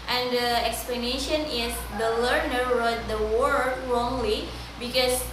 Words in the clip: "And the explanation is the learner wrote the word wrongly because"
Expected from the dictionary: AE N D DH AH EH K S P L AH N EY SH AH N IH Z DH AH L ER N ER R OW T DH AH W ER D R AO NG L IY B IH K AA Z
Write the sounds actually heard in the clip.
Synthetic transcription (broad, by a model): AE N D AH EH K S P L AH N EY SH AH N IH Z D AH L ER N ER R OW T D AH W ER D R AO NG L IY B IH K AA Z